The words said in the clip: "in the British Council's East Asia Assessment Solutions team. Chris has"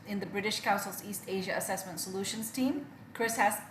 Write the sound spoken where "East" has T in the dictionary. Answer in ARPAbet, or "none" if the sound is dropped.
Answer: T